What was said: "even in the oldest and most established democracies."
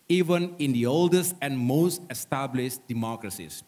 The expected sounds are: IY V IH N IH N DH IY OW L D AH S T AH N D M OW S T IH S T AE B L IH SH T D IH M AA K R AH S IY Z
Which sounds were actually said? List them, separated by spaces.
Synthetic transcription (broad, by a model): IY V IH N IH N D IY OW L D AH S T AH N D M OW S T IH S T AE B L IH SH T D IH M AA K R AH S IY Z